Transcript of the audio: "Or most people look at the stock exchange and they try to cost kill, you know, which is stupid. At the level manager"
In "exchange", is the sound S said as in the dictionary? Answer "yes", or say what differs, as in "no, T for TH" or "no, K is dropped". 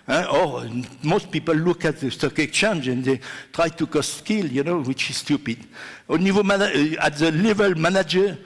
no, S is dropped